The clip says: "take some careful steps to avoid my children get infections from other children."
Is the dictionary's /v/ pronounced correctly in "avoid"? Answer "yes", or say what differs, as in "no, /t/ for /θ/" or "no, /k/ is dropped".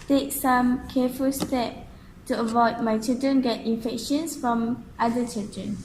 yes